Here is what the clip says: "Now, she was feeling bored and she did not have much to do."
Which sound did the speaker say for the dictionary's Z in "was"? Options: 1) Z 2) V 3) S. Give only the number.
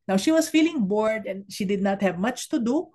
3